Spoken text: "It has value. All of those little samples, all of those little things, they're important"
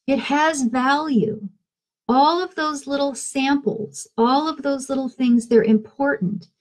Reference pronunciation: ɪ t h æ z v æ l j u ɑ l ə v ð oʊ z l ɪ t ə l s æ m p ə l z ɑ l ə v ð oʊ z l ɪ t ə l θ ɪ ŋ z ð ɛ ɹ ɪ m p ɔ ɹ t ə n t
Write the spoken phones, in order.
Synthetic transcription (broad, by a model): ɪ t h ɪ z v æ l j u ɑ l ə v ð oʊ z l ɪ t l s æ m p l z ɑ l ə v ð oʊ z l ɪ t l θ ɪ ŋ z ð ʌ ɹ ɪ m p ɔ ɹ t n t